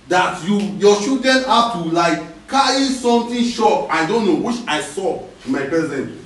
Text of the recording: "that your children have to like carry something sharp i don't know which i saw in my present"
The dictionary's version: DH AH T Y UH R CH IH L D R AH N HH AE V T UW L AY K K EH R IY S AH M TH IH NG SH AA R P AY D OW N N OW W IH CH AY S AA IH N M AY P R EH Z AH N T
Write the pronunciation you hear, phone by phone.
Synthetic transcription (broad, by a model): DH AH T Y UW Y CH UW D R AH N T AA T UW L AY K K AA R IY S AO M T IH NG SH AA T AY D OW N N OW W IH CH AY S AA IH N M AY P R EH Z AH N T